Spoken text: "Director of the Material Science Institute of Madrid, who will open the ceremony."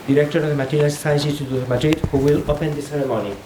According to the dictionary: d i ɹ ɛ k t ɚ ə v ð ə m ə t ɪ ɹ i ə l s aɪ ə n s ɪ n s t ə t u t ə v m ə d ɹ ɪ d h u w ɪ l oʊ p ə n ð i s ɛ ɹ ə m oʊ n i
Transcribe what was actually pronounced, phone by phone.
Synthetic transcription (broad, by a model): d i ɹ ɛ k t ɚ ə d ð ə m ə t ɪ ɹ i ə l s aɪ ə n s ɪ s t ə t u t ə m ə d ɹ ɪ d h u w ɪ l oʊ p ə n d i s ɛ ɹ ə m oʊ n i